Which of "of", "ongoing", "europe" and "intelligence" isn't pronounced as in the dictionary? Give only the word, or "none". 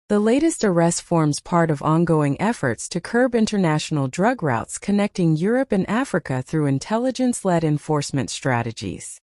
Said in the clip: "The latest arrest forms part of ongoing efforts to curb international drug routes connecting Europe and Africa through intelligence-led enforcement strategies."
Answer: none